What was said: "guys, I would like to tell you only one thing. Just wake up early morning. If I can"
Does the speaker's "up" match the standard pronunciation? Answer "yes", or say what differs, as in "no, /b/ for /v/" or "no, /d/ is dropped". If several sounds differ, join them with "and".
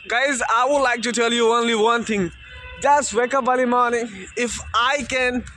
no, /b/ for /p/